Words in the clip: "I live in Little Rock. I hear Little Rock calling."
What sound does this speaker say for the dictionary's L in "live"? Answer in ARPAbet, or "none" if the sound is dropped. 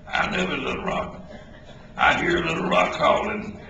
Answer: N